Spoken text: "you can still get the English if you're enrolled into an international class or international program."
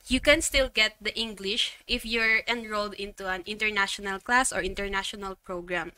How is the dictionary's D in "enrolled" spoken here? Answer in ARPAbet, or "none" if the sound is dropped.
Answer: D